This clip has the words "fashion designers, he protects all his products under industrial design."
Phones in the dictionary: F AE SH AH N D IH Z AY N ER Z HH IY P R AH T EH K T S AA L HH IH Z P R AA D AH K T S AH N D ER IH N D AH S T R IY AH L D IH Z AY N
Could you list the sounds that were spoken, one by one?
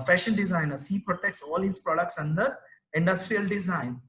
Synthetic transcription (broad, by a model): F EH SH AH N D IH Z AY N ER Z HH IY P R AH T EH K T S AA L HH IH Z P R AA D AH K T S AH N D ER IH N D AH S T R IY AH L D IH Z AY N